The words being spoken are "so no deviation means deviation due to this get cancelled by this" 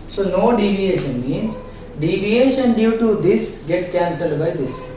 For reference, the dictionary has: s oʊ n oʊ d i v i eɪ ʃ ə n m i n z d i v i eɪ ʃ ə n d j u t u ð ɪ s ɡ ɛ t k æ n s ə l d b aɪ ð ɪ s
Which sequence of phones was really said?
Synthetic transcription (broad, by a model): s oʊ n oʊ d i v i eɪ ʃ ə n m i n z d i v i eɪ ʃ ə n d j u t u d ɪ s ɡ ɛ t k æ n s ə l d b aɪ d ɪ s